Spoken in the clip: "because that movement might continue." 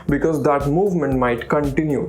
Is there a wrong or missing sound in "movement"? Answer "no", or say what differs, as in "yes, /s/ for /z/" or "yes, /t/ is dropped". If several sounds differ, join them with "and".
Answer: no